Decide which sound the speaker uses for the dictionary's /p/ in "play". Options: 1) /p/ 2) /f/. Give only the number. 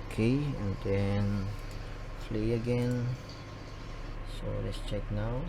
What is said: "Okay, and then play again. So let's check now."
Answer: 2